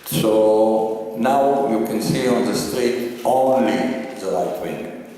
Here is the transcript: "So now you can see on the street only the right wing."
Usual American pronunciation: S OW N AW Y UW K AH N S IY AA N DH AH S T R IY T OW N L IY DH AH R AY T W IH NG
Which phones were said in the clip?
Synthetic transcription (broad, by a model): S OW N AW Y UW K AH N S IY AA N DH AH S T R IY T OW N L IY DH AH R AY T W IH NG